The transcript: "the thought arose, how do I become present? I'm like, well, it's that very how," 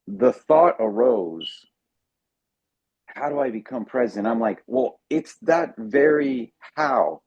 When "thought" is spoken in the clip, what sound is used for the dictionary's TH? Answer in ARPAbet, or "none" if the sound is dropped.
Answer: TH